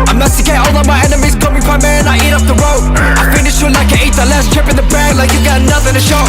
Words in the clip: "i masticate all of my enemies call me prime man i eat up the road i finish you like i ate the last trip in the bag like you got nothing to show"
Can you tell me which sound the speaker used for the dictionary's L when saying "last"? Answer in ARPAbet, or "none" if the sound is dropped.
L